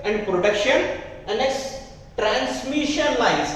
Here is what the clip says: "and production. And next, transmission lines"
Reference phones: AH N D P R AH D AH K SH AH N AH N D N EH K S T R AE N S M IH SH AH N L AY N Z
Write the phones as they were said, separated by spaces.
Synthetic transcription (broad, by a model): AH N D P R AH D AH K SH AH N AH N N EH S T R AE N S M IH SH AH N L AY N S